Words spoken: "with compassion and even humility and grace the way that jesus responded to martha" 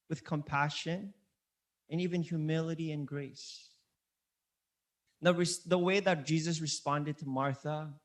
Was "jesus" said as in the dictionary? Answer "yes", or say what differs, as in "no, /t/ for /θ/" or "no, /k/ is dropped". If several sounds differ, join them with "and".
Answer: yes